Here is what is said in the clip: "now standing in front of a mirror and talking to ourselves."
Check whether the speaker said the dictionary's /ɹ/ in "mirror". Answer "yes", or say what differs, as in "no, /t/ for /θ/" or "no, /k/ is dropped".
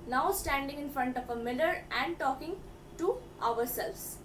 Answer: no, /l/ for /ɹ/